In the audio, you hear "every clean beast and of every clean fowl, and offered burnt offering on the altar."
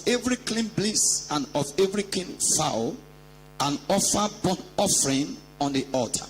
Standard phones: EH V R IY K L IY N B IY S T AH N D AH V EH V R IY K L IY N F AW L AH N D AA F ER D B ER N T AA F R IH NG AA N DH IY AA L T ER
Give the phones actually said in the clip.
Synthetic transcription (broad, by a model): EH V R IY K L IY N B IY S AH N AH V EH V R IY K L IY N F AW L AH N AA F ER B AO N AA F R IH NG AA N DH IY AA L T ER